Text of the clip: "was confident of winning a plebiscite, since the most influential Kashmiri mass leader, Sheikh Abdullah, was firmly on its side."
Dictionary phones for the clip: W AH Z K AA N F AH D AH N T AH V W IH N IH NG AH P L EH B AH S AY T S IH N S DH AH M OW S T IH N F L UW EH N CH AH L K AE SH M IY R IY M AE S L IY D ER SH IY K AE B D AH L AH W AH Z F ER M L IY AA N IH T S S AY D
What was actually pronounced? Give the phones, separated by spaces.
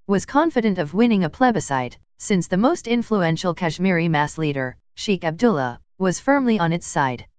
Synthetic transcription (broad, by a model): W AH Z K AA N F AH D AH N T AH V W IH N IH NG AH P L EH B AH S AY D S IH N S DH AH M OW S T IH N F L UW EH N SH L K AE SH M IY R IY M AE S L IY D ER SH IY K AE B D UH L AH W AH Z F ER M L IY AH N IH T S S AY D